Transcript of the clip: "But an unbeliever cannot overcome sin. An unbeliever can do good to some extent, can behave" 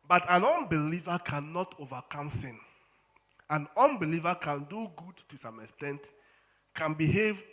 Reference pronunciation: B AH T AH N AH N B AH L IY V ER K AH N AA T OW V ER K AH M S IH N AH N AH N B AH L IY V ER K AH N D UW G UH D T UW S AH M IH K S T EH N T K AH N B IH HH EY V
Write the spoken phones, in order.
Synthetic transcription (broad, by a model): B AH T AH N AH N B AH L IY V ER K AH N AA T OW V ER K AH M S IH N AH N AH N B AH L IY V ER K AH N D UW G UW D T UW S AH M IH K S T EH N T K AH N B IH HH EY V